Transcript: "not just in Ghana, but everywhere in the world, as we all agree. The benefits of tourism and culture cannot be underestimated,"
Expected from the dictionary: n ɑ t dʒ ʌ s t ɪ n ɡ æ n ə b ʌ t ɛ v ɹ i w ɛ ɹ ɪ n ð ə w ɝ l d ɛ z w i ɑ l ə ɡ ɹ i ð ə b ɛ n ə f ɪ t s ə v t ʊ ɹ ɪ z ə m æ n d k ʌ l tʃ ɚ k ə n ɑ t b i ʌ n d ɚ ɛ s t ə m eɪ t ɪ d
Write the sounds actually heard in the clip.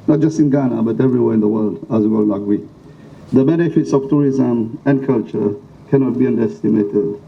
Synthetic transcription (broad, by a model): n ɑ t dʒ ʌ s t ɪ n ɡ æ n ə b ʌ t ɛ v ɹ i w ɛ ɹ ɪ n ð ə w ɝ l d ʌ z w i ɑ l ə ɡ w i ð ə b ɛ n ə f ɪ t s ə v t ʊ ɹ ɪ z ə m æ n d k ʌ l tʃ ɚ k ə n ɑ t b i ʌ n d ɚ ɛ s t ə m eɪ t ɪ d